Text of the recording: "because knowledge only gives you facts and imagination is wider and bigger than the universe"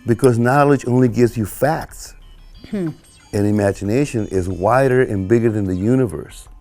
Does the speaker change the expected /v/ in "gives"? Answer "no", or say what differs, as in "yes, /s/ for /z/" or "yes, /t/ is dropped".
no